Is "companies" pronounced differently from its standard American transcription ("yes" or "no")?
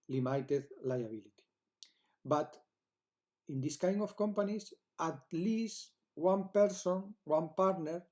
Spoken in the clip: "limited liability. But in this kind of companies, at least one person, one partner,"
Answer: yes